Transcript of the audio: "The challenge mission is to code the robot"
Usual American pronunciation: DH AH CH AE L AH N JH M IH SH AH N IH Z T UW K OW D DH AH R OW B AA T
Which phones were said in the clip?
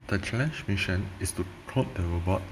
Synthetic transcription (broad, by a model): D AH CH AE L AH N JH M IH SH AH N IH S T UW K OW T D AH R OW B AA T